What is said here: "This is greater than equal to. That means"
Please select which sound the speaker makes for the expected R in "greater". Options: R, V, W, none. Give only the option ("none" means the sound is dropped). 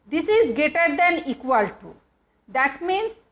none